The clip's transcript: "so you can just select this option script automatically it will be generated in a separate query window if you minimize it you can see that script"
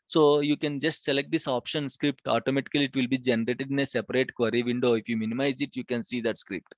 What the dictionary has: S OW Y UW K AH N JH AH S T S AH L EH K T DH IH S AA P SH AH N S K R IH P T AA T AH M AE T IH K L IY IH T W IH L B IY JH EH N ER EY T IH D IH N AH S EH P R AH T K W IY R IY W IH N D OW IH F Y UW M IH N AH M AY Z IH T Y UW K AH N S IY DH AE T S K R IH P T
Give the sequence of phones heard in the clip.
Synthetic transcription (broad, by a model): S OW Y UW K AH N JH AH S T S AH L EH K T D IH S AA P SH AH N S K R IH P T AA T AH M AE T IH K L IY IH T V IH L B IY JH EH N ER EY T IH D IH N AH S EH P R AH T K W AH R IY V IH N D OW IH F Y UW M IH N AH M AY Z IH T Y UW K AH N S IY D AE T S K R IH P T